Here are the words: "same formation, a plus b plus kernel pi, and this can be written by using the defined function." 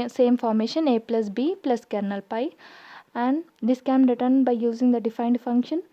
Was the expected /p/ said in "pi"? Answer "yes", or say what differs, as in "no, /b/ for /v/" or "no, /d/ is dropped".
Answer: yes